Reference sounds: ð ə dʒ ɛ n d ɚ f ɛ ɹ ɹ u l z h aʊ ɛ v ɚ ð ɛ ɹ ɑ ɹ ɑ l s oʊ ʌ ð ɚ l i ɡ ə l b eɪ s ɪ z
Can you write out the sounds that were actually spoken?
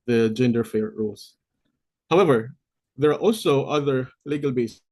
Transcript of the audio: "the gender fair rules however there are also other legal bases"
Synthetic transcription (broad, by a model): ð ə dʒ ɛ n d ɚ f ɛ ɹ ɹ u l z h aʊ ɛ v ɚ ð ɛ ɹ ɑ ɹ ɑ l s oʊ ʌ ð ɚ l i ɡ ə l b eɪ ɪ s